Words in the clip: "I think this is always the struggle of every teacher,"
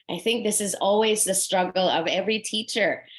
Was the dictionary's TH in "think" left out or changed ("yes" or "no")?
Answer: no